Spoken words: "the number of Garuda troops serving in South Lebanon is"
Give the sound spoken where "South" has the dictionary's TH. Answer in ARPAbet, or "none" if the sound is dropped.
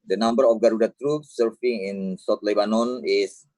T